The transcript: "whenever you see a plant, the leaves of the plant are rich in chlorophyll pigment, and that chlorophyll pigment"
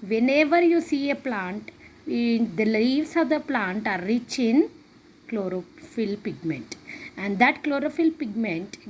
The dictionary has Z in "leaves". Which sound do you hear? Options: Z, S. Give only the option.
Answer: S